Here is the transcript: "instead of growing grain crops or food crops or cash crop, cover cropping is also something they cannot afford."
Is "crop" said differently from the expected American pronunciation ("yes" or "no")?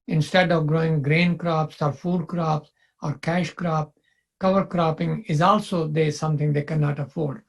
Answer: no